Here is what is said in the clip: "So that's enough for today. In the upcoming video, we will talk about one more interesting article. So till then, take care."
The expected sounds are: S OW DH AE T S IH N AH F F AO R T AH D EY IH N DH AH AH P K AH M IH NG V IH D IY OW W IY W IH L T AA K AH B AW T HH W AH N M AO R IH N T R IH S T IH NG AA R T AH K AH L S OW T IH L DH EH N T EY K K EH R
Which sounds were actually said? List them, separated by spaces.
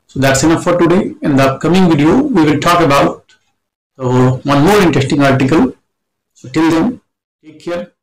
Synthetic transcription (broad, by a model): S OW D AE T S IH N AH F F AO R T AH D EY IH N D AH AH K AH M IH NG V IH D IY OW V IY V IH L T AA K AH B AW T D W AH N M AO R IH N T R IH S T IH NG AA R T AH K AH L S OW T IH L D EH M T EY K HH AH R